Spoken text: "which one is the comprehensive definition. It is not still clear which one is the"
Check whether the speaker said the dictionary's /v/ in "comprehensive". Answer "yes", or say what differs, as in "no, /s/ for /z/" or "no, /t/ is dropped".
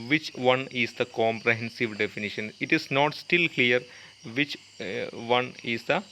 yes